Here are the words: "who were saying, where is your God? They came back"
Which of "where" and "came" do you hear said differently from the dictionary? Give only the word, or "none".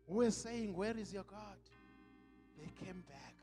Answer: none